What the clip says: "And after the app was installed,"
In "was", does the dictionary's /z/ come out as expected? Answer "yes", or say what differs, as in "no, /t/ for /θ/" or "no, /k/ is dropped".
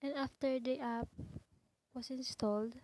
no, /s/ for /z/